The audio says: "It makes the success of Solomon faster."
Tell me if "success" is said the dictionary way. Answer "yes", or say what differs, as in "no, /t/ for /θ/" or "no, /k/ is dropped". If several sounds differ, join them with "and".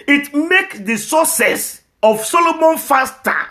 no, /k/ is dropped